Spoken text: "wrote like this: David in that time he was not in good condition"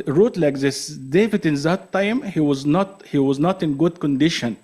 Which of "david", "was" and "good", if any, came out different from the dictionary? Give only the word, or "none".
none